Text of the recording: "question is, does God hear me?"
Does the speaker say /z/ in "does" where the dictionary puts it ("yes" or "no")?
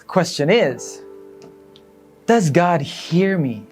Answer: yes